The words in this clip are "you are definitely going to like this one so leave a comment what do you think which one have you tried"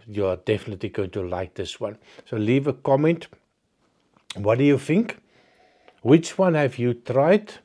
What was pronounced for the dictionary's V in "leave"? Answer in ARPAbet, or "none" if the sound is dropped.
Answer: V